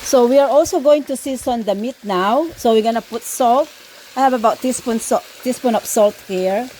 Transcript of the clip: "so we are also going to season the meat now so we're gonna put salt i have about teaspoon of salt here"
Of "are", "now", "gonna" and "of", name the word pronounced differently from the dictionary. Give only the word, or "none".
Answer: of